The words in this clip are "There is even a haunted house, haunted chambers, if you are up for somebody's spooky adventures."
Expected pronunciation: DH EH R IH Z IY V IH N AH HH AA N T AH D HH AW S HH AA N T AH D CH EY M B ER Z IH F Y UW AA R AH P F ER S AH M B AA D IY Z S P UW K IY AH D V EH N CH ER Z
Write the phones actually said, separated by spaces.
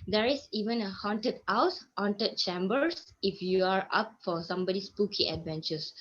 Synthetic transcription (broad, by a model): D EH R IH S IY V IH N AH HH AA N T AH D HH AW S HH AA N T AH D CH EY M B ER S IH F Y UW AA R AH P F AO S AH M B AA D IY S P UW K IY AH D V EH N CH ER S